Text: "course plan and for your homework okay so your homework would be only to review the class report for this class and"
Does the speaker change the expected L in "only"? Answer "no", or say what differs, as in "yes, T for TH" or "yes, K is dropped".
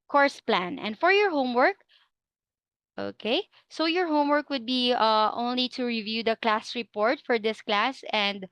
no